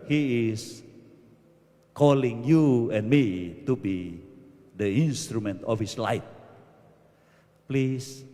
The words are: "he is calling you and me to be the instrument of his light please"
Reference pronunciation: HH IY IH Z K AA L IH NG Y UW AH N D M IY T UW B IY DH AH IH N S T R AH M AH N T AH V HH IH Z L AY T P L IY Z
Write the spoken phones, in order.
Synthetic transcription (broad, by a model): HH IY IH S K AA L IH NG Y UW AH N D M IY T UW B IY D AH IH N S T R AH M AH N T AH F HH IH S L AY T P L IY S